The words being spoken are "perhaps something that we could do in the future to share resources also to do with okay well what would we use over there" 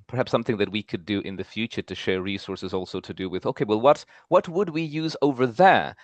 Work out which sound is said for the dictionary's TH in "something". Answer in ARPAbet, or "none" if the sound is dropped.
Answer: TH